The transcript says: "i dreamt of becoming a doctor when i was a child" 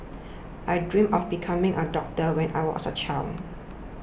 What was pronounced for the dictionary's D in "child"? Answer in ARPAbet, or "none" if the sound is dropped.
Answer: none